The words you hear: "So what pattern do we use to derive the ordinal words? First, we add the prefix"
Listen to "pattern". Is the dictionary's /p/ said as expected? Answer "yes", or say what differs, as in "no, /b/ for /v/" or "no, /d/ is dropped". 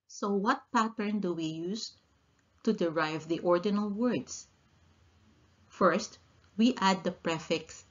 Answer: yes